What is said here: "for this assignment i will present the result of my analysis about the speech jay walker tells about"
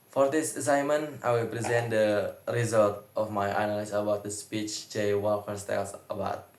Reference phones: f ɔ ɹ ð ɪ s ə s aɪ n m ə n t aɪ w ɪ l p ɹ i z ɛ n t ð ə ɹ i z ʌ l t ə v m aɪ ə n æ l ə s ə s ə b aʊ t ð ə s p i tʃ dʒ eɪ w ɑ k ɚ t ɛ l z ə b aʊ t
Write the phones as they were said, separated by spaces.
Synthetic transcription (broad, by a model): f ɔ ɹ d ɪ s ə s aɪ m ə n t aɪ w ɪ l p ɹ i z ɛ n t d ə ɹ i z ʌ l t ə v m aɪ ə n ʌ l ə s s ə b aʊ t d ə s p i tʃ dʒ eɪ w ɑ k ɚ t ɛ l s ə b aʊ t